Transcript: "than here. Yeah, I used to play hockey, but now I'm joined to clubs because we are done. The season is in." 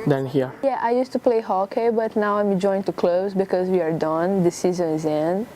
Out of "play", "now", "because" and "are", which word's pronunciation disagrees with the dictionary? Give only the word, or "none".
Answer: none